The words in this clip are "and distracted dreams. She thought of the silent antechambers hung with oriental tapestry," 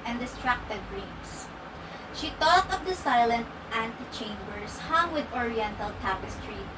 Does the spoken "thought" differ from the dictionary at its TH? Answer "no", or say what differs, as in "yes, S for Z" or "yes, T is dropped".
yes, T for TH